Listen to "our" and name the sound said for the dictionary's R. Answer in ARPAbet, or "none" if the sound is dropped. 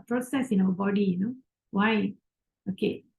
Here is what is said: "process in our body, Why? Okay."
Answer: W